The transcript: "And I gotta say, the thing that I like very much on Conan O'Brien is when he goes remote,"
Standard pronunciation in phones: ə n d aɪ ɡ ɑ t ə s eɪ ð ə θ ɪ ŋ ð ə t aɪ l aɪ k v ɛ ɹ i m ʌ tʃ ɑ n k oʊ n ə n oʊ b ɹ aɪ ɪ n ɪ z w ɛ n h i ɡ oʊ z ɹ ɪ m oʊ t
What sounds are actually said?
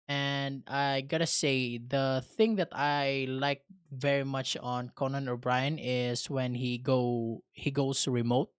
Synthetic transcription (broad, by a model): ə n d aɪ ɡ ɑ t ə s eɪ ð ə θ ɪ ŋ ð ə t aɪ l aɪ k v ɛ ɹ i m ʌ tʃ ɑ n k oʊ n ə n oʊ b ɹ aɪ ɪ n ɪ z w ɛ n h i ɡ oʊ s ɹ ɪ m oʊ t